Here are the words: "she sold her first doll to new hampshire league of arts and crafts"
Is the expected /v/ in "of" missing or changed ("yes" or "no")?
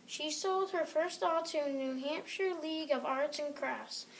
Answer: no